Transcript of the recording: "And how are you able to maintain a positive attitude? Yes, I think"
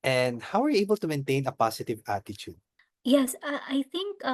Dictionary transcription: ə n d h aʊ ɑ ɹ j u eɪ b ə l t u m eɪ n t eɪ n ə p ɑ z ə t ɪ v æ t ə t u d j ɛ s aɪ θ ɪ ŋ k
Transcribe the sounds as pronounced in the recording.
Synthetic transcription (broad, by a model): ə n d h aʊ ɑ ɹ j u eɪ b ə l t u m eɪ n t eɪ n ə p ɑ s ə t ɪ v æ t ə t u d j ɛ s aɪ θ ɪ ŋ k